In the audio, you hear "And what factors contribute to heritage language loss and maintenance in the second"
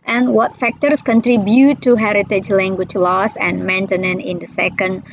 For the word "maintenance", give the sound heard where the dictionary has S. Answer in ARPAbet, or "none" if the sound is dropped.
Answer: none